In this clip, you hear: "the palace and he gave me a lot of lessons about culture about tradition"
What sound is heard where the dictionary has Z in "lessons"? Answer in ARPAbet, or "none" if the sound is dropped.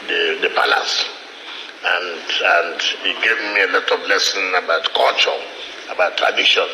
none